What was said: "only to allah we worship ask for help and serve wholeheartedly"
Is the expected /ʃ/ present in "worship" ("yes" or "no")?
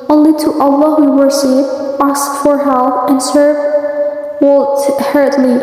no